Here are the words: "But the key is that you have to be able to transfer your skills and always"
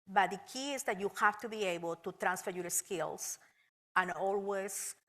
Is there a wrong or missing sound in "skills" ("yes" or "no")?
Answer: yes